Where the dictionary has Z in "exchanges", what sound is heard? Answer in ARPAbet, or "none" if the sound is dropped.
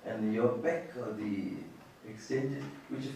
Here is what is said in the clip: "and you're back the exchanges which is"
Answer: none